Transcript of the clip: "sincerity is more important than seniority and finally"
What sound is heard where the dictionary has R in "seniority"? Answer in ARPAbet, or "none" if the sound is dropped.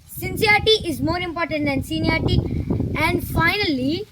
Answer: none